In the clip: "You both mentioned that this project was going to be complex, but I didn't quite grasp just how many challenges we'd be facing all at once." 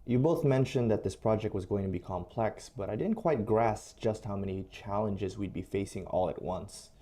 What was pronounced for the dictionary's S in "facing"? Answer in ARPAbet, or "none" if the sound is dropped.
S